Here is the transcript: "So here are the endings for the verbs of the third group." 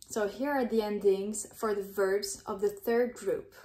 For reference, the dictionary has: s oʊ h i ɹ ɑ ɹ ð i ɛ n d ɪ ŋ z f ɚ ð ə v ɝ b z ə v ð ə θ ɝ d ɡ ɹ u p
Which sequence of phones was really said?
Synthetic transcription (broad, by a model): s oʊ h i ɹ ɑ ɹ ð i ɛ n d ɪ ŋ z f ɚ ð ə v ɝ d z ə v ð ə θ ɝ d ɡ ɹ u p